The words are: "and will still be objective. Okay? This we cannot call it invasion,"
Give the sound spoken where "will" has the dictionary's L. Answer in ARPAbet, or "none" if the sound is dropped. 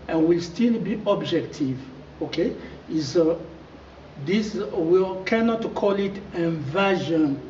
L